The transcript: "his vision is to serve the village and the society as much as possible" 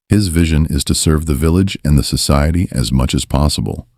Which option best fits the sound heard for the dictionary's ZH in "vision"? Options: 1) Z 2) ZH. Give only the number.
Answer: 2